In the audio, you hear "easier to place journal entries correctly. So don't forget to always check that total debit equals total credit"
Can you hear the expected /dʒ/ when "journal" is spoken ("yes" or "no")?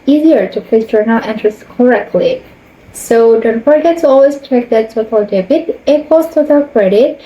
no